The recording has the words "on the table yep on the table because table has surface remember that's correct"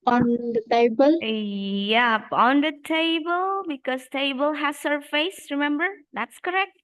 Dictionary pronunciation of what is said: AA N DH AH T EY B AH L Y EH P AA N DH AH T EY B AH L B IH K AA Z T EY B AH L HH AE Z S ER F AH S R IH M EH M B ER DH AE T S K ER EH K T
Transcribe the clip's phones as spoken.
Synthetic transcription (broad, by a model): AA N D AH T EY B AH L Y EH P AA N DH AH T EY B AH L B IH K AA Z T EY B AH L HH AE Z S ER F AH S R IH M EH M B ER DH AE T S K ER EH K T